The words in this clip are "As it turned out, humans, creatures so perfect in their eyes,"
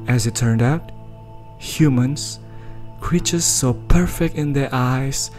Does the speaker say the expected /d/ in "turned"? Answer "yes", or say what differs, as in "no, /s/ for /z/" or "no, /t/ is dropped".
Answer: yes